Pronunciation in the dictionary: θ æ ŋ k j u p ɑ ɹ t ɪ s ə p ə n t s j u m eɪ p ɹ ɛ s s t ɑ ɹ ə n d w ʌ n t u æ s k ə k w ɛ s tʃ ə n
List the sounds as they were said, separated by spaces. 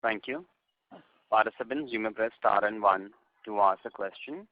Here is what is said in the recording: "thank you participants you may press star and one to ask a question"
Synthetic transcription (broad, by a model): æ ŋ k j u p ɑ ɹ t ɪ s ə b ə n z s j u m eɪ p ɹ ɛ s s t ɑ ɹ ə n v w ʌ n t u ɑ s ə k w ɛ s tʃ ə n